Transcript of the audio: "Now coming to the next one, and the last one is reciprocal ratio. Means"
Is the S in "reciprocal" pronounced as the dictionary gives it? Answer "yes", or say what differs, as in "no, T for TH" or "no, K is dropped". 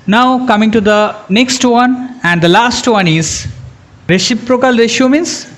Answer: no, SH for S